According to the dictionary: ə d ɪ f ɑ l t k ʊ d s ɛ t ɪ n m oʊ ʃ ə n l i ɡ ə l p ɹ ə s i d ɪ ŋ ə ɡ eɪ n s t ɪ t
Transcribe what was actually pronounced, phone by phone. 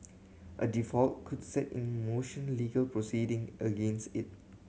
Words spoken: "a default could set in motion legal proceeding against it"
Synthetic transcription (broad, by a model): ə d ɪ f ɑ l t k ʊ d s ɛ t ɪ n m oʊ ʃ ə n l i ɡ ə l p ɹ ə s i d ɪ ŋ ə ɡ eɪ n s t ɪ t